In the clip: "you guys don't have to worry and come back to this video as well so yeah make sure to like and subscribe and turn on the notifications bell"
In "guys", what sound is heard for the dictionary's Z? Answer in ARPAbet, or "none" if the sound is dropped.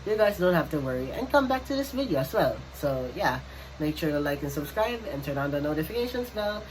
Z